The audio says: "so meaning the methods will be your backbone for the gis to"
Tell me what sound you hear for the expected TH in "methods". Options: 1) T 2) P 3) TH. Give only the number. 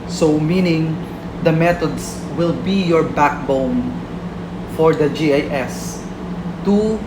1